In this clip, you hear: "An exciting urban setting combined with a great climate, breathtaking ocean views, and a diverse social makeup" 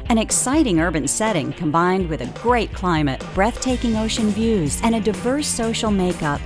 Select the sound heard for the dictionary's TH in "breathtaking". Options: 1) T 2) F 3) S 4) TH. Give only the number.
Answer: 4